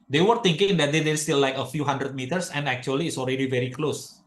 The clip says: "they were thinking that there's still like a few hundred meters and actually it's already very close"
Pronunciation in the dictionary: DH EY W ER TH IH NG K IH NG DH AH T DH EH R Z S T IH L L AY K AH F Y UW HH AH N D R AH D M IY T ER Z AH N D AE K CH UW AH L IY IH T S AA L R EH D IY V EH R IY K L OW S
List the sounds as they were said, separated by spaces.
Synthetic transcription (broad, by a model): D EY W ER T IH NG K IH NG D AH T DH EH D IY S T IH L L AY K AH F Y UW HH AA N D R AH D M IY T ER S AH N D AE K CH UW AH L IY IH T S AA L R EH D IY V EH R IY K L OW S